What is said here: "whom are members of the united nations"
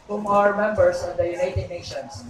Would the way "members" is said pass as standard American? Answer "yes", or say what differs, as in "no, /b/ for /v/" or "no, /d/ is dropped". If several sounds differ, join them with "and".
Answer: no, /s/ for /z/